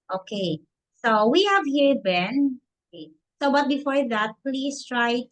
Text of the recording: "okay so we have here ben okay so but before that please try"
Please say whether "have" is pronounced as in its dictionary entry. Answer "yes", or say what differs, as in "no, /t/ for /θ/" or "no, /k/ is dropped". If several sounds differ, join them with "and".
yes